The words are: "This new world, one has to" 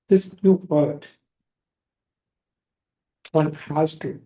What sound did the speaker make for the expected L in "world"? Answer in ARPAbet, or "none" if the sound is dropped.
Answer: none